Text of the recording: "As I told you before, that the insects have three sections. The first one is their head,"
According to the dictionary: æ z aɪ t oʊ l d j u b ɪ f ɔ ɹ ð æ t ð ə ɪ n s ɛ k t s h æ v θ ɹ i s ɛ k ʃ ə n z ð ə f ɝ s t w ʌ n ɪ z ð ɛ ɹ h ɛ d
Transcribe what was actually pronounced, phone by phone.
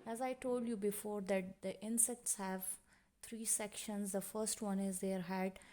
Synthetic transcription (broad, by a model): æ z aɪ t oʊ l d j u b ɪ f ɔ ɹ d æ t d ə ɪ n s ɛ k t s h æ v t ɹ i s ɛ k ʃ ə n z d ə f ɝ s t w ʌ n ɪ z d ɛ ɹ h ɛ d